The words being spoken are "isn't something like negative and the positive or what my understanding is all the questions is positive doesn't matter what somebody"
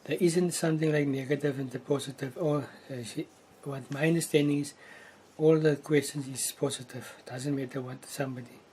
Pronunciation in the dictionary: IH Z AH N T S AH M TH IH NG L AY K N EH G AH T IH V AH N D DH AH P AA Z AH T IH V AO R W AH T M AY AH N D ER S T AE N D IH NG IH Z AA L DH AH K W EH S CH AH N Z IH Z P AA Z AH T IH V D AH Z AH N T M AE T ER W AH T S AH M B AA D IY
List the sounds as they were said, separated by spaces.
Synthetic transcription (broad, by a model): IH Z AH N T S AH M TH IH NG L AY K N EH G AH T IH V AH N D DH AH P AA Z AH T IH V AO L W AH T M AY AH N D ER S T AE N D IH NG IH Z AA L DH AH K W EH S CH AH N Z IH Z P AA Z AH T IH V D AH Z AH N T M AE T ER W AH T S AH M B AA D IY